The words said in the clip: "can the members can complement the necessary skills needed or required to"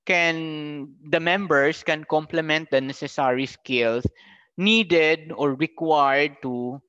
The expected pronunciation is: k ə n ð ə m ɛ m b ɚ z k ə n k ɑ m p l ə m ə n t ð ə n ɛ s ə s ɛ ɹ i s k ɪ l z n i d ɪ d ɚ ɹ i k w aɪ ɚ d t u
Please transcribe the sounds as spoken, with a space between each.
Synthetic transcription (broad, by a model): k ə n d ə m ɛ m b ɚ s k ə n k ɑ m p l ə m ə n t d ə n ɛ s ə s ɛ ɹ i s k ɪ l s n i d ɪ d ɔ ɹ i k w aɪ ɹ d t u